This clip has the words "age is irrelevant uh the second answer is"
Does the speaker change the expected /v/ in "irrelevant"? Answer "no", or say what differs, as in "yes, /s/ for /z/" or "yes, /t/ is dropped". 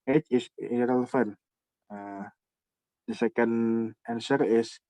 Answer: yes, /f/ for /v/